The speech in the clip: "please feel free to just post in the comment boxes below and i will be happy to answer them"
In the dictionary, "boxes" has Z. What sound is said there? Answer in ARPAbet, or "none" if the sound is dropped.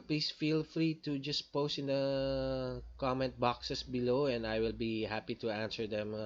S